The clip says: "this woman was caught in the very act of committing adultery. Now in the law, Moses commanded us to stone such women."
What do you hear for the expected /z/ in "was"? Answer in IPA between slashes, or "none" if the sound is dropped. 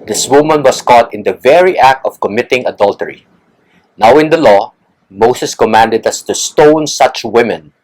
/s/